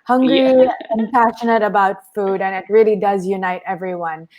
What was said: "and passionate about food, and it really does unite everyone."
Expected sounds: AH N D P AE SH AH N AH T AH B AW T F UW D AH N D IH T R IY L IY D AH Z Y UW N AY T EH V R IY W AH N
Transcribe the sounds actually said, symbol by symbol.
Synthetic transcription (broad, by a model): AH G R P AE SH AH N AH T AH B AW T F UW D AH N IH T R IY L IY D AH Z Y UW N AY T EH V R IY W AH N